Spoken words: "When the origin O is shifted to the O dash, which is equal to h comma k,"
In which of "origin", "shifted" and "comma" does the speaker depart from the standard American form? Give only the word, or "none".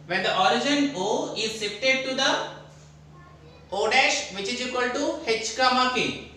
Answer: shifted